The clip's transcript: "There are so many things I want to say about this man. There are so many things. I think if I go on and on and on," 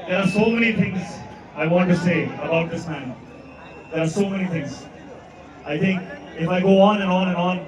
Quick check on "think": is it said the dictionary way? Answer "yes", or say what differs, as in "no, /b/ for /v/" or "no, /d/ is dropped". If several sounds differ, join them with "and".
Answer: no, /t/ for /θ/